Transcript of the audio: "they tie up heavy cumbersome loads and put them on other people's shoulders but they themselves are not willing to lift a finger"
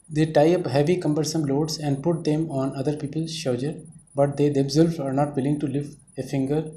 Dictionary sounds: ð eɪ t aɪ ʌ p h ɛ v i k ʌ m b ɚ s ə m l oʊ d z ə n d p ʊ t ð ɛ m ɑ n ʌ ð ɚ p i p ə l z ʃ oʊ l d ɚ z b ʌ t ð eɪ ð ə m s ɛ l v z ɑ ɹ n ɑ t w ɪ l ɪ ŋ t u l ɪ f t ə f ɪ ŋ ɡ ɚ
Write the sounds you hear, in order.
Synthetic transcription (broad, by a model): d eɪ t aɪ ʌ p h ɛ v i k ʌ m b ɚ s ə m l oʊ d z ə n d p ʊ t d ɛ m ɑ n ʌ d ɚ p i p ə l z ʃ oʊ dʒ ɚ b ʌ t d eɪ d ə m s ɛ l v ɑ ɹ n ɑ t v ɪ l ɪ ŋ t u l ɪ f t ə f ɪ ŋ ɡ ɚ